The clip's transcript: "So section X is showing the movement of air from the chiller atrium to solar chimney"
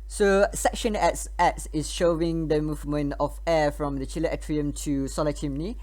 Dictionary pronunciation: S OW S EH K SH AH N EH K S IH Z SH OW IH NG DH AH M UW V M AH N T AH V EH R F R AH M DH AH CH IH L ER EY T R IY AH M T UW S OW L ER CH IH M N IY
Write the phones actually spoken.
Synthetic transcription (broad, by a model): S OW S EH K SH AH N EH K S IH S SH OW IH NG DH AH M UW V M AH N T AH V EH F R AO M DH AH CH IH L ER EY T R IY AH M T UW S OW L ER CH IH M N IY